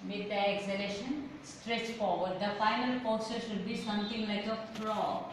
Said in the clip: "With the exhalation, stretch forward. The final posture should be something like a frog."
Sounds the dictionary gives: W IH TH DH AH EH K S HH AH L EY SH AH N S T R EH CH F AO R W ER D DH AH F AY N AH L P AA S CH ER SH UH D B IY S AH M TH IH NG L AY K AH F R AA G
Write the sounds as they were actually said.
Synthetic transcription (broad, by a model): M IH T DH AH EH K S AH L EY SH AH N S T R EH CH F AO R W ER D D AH F AY N AH L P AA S ER SH UH D B IY S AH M T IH NG L AY K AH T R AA